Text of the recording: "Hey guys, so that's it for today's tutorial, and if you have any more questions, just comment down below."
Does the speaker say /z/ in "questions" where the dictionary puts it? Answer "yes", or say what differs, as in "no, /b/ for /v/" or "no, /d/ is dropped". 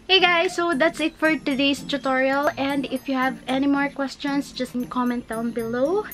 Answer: no, /s/ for /z/